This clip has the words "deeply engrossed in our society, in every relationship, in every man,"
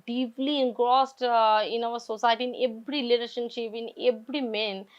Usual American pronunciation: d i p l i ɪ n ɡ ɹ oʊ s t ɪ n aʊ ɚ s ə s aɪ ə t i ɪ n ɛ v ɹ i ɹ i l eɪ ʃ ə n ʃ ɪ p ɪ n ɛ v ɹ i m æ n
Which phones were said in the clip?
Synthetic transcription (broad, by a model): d i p l i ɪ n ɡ ɹ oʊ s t ɪ n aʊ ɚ s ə s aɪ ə t i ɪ n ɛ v ɹ i l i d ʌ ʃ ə n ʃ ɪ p ɪ n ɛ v ɹ i m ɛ n